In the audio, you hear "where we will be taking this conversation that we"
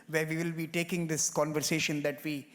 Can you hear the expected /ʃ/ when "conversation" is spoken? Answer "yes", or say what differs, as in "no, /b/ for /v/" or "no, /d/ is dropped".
yes